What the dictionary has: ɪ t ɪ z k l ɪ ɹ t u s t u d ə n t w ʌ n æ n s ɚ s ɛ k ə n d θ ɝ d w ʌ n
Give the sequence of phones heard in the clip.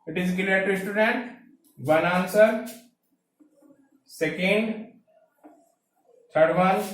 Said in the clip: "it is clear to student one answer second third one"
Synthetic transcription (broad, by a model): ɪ t ɪ z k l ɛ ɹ t u s t u d ə n t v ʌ n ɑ n s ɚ s ɛ k ə n d t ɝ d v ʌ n